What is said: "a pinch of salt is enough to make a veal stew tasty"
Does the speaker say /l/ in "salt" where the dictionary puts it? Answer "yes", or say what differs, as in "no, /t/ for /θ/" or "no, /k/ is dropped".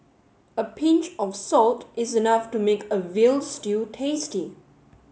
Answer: yes